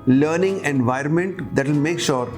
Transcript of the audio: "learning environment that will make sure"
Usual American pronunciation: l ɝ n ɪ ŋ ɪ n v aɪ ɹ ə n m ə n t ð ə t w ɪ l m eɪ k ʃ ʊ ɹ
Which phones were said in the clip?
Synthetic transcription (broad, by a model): l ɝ n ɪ ŋ ɪ n v aɪ ɹ ə n m ə n t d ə t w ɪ l m eɪ k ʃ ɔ ɹ